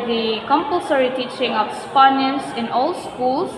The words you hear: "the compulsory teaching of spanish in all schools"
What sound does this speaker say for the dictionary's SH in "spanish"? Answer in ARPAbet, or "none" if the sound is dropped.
S